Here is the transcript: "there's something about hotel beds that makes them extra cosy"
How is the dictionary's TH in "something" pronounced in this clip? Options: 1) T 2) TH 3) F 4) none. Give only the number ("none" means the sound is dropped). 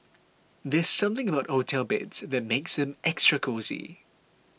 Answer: 2